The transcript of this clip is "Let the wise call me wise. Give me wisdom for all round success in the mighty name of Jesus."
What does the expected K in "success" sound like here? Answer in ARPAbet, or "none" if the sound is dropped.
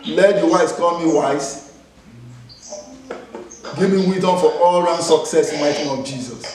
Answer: K